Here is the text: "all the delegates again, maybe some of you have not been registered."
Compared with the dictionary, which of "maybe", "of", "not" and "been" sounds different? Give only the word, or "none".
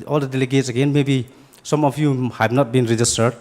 of